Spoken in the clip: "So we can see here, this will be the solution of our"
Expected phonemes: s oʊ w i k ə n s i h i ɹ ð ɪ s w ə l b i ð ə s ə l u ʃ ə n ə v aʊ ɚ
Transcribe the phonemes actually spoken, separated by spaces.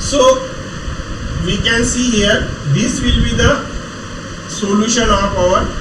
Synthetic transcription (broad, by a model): s oʊ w i k ə n s i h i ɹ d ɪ s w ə l b i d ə s ə l u ʃ ə n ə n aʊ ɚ